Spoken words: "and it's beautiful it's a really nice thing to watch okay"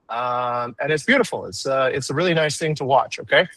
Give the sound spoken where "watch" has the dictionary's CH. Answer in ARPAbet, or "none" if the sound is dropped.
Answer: CH